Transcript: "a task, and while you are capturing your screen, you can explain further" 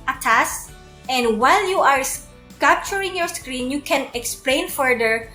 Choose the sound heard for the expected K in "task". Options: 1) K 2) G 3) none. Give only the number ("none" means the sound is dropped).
3